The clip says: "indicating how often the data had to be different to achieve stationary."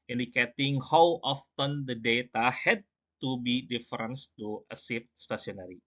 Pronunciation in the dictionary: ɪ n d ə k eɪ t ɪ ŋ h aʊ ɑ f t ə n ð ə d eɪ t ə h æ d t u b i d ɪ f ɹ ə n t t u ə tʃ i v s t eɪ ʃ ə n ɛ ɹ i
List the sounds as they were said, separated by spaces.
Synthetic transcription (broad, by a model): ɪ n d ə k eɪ t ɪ ŋ h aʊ ɑ f t ə n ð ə d eɪ t ə h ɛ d t u b i d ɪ f ɹ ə n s t u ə s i f s t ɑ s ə n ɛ ɹ i